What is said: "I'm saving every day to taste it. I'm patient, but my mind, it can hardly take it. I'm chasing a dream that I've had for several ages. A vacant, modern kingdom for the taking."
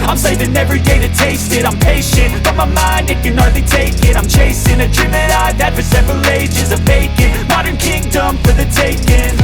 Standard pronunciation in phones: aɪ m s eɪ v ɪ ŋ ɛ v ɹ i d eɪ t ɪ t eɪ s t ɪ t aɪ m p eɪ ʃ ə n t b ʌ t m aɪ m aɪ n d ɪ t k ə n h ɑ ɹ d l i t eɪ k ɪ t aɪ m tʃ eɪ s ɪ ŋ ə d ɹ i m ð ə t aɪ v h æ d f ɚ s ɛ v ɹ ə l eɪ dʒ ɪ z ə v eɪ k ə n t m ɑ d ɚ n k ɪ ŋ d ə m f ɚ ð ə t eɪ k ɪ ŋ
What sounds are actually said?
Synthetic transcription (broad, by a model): aɪ m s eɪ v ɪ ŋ ɛ v ɹ i d eɪ t ɪ t eɪ s t ɪ t aɪ m p eɪ ʃ ə n t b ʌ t m aɪ m aɪ n d ɪ t k ə n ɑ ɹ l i t eɪ k ɪ t aɪ m tʃ eɪ s ɪ ŋ ə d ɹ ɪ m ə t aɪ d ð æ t f ɚ s ɛ v ɹ ə l eɪ dʒ ɪ z ə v eɪ k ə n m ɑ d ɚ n k ɪ ŋ d ə m f ɚ ð ə t eɪ k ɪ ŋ